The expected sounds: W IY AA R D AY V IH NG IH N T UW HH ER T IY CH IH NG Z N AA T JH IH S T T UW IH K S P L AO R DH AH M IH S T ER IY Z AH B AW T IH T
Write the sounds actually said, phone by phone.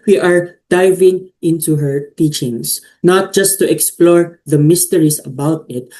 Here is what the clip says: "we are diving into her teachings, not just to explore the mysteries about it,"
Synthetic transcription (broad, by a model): W IY AA R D AY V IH NG IH N T UW HH ER T IY CH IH NG S N AA T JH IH S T T UW IH K S P L AO R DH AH M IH S T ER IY S AH B AW T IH T